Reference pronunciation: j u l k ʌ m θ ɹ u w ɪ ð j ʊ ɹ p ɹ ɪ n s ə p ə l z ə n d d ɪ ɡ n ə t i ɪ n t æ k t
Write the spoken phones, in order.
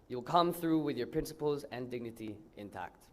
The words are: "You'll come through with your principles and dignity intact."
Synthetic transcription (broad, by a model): j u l k ʌ m θ ɹ u w ɪ ð j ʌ ɹ p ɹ ɪ n s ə p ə l z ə n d d ɪ ɡ n ə t i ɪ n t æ k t